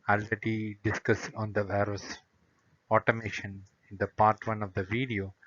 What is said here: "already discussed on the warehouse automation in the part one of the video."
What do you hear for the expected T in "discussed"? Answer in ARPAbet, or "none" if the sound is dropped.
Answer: none